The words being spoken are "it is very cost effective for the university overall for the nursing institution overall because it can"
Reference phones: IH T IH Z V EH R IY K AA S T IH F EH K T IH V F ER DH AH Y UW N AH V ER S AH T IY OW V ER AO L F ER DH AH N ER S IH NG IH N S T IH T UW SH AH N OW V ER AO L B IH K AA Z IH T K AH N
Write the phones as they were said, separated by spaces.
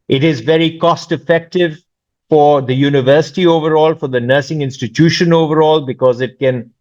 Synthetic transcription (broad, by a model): IH T IH Z V EH R IY K AA S T IH F EH K T IH V F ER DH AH Y UW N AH V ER S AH T IY OW V ER AO L F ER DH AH N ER S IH NG IH N S T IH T UW SH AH N OW V ER AO L B IH K AA Z IH T K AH N